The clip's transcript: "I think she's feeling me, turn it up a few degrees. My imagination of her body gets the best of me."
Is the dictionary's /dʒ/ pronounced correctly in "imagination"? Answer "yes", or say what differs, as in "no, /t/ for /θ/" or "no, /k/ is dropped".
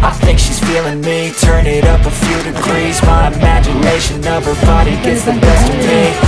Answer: yes